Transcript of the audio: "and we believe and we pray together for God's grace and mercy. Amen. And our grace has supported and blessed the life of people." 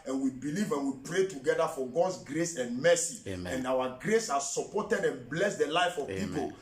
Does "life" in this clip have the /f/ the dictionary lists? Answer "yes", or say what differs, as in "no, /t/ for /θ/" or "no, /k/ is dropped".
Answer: yes